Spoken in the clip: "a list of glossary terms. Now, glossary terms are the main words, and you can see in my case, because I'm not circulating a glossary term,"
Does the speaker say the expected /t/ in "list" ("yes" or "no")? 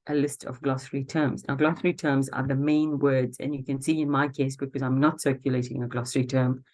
yes